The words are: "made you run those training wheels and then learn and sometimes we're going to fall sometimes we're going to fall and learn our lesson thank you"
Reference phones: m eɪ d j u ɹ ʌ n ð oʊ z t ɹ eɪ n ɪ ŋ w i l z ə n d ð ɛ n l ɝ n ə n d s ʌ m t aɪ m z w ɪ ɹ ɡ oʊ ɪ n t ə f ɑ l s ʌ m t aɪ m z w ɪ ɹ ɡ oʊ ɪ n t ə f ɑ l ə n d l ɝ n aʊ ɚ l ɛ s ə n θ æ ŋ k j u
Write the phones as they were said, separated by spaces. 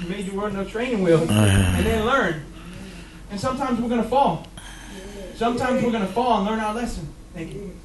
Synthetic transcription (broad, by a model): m eɪ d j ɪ w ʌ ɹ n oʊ t ɹ eɪ n ɪ ŋ w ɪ l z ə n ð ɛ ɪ l ɝ n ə n s ʌ m t aɪ m z w ɪ ɹ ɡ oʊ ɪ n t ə f ɑ l s ʌ m t aɪ m z w ɪ ɹ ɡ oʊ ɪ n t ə f ɑ l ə n l ɝ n aʊ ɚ l ɛ s ə n θ æ ŋ k j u